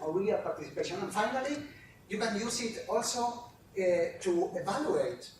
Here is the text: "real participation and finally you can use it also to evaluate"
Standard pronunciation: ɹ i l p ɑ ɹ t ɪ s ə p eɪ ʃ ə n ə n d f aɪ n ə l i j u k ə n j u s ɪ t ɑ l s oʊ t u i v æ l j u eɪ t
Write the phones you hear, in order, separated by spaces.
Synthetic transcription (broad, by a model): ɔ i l p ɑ ɹ t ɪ s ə p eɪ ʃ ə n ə n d f aɪ n ə l i j u k ə n j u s ɪ t ɑ l s oʊ t u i v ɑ l j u eɪ t